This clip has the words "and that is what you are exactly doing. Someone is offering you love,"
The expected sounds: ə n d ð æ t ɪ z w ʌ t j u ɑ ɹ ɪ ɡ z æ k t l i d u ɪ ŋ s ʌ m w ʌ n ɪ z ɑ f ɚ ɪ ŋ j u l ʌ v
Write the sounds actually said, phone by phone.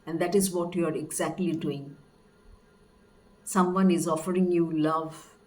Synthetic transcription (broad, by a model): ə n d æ t ɪ z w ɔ t j u ɑ ɹ ɪ ɡ z æ k t l i d u ɪ ŋ s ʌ m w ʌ n ɪ z ɑ f ɚ ɪ ŋ j u l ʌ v